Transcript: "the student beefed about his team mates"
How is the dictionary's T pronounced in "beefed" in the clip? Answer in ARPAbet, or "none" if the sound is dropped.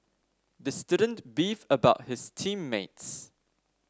none